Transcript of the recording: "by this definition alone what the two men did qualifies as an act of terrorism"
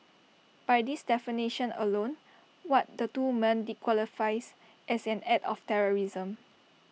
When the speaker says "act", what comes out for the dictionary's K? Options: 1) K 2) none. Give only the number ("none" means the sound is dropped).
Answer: 2